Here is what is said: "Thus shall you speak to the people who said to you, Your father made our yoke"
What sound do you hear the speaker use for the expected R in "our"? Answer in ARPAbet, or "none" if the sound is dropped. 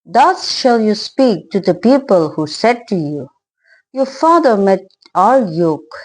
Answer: L